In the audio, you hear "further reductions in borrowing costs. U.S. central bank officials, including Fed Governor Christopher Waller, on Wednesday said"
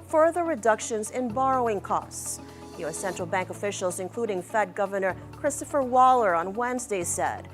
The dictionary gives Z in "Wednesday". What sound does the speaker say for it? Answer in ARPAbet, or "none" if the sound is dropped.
Z